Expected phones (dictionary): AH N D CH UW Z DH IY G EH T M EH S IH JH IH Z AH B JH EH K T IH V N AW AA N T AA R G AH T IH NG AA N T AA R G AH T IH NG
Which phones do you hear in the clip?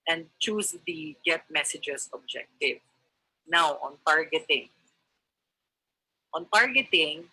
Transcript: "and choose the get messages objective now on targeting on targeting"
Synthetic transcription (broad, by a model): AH N D CH UW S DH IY G EH T M EH S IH JH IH S AH B JH EH K T IH V N AW AA N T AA R G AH T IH NG AA N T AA R G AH T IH NG